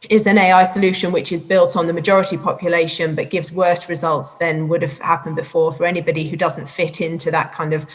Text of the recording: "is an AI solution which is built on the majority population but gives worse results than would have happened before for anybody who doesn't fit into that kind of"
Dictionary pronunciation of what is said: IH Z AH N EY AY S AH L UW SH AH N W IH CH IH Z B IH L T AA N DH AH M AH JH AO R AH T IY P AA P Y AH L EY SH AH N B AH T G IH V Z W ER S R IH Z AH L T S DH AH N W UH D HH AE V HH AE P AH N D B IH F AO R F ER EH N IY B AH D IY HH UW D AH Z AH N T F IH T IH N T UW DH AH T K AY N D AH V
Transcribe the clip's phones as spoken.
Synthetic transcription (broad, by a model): IH Z AH N EY AY S AH L UW SH AH N W IH CH IH Z B IH L T N DH AH M AH JH AO R AH T IY P AA P Y AH L EY SH AH N B AH T G IH V Z W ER S R IH Z AH L T S DH AH N W UH D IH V HH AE P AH N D B IH F AO R F ER EH N IY B AH D IY HH UW D AH Z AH N T F IH T IH N T UW DH AH T K AY N D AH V